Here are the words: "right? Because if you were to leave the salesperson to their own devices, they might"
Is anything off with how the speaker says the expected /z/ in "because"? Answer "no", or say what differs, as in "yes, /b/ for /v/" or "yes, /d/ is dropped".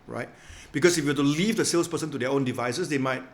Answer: yes, /s/ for /z/